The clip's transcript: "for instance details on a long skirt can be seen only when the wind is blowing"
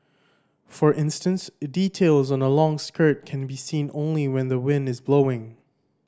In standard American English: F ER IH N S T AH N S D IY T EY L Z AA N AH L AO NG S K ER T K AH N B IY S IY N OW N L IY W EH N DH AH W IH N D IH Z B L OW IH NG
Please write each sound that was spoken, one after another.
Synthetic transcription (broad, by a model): F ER IH N S T AH N S D IY T EY L Z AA N AH L AO NG S K ER T K AH N B IY S IY N OW N L IY W EH N DH AH W IH N D IH Z B L OW IH NG